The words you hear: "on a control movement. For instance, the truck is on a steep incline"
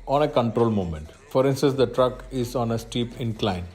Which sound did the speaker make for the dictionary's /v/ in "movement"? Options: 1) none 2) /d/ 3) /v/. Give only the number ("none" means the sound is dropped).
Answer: 1